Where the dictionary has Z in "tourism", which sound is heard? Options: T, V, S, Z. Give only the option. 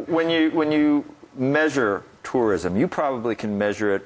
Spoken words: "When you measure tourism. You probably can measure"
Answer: Z